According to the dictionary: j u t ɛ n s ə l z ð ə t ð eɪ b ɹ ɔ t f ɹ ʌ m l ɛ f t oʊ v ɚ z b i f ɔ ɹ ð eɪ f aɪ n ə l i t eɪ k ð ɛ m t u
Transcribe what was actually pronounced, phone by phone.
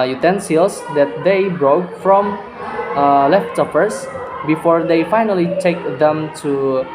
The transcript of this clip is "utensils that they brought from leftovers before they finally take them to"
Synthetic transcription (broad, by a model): j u t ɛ n s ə l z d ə t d eɪ b ɹ ɔ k f ɹ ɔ m l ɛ f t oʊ p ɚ s b i f ɔ ɹ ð eɪ f aɪ n ə l i t eɪ k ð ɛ m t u